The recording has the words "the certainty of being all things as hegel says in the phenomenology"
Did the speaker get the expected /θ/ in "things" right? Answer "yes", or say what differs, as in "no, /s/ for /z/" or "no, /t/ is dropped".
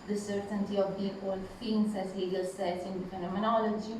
no, /f/ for /θ/